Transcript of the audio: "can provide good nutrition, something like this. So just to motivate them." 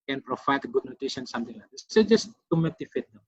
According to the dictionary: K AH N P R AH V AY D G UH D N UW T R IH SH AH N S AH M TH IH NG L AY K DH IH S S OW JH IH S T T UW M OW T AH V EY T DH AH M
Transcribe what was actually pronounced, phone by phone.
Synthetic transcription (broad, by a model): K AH N P R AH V AY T G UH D N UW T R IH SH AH N S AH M T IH NG L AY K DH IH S S OW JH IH S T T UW M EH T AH F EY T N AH